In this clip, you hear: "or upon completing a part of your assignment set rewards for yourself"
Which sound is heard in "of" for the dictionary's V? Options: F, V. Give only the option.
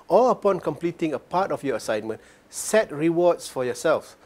F